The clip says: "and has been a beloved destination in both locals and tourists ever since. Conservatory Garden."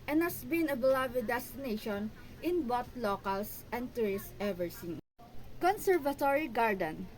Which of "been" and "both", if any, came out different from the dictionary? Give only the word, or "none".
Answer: both